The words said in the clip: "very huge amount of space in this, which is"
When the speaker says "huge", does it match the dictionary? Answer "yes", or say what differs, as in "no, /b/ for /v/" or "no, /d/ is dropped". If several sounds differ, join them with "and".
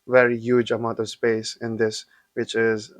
yes